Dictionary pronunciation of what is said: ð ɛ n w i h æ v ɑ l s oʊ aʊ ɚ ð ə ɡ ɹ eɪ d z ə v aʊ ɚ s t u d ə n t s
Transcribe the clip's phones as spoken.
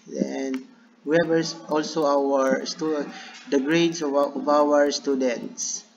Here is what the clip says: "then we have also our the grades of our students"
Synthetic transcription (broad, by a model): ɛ n w i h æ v ɑ l s oʊ aʊ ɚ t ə ɡ ɹ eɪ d s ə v aʊ ɚ s t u d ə n t s